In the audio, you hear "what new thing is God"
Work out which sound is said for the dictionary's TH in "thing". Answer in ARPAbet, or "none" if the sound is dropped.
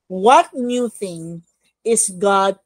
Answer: TH